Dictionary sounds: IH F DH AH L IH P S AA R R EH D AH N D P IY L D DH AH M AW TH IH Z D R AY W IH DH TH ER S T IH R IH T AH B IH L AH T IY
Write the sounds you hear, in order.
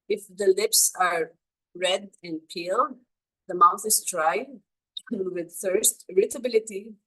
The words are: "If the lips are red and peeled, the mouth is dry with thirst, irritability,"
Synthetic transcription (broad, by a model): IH F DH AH L IH P S AA R R EH D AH N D P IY L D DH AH M AW TH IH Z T R AY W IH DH TH ER S T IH R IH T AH B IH L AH T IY